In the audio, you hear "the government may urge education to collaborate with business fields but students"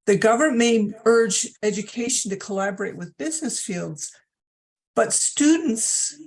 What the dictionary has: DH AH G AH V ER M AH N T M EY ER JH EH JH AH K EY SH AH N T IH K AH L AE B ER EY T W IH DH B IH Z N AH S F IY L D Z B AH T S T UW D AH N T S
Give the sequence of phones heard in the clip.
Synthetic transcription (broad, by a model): DH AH G AH V ER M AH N M EY ER JH EH JH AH K EY SH N T IH K AH L AE B ER EY T W IH DH B IH Z N AH S F IY L D Z B AH T S T UW D N T S